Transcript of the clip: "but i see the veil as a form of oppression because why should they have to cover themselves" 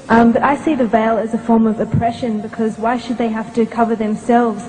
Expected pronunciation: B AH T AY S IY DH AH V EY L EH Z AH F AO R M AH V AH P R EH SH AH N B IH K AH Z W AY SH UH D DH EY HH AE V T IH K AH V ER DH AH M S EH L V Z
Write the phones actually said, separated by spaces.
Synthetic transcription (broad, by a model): B AH T AY S IY DH AH V EY L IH Z AH F AO R M AH V AH P R EH SH AH N B IH K AH Z W AY SH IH D DH EY HH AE F T IH K AH V ER DH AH M S EH L V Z